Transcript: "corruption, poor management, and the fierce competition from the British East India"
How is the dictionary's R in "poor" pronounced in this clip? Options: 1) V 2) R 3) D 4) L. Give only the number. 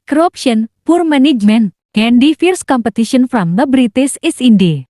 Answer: 2